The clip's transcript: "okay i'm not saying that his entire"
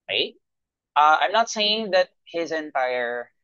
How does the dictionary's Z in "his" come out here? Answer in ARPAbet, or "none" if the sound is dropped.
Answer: Z